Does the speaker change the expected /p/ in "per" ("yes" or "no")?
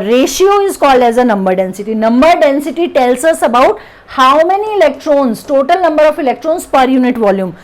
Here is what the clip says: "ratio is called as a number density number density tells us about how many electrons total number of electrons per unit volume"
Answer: no